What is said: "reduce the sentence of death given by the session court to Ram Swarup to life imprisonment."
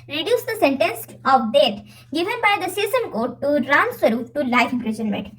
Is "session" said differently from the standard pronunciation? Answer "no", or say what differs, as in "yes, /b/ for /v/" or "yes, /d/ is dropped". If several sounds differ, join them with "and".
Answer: yes, /s/ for /ʃ/